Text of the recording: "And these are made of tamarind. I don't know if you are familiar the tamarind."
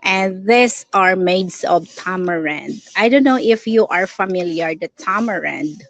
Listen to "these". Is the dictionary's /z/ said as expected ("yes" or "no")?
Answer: no